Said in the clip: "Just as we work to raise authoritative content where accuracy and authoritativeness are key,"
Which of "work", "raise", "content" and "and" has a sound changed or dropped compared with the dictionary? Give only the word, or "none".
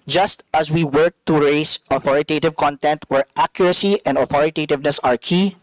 raise